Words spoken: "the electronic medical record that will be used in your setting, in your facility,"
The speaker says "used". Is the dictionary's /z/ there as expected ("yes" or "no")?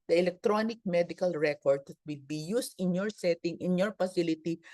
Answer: no